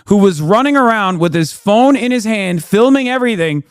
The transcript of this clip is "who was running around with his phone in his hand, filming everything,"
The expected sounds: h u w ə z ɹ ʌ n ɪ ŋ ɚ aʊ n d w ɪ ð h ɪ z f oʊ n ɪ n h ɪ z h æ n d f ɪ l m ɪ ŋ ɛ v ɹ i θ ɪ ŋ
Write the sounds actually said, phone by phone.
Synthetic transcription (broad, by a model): h u w ə z ɹ ʌ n ɪ ŋ ɚ aʊ n d w ɪ ð ɪ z f oʊ n ɪ n ɪ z h æ n d f ɪ l m ɪ ŋ ɛ v ɹ i θ ɪ ŋ